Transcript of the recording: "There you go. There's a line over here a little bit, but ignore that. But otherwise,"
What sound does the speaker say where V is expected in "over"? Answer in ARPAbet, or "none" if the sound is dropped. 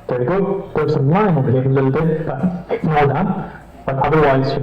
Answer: B